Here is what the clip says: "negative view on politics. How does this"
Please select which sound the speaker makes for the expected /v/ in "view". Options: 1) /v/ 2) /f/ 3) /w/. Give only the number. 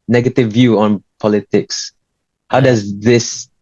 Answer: 1